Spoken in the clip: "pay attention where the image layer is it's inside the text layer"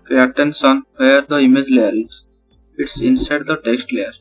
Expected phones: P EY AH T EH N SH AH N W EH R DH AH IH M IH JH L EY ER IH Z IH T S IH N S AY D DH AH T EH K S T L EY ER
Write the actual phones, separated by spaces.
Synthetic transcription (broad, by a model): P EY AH T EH N S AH N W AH R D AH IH M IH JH L EY ER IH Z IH T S IH N S AY D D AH T EH K S T L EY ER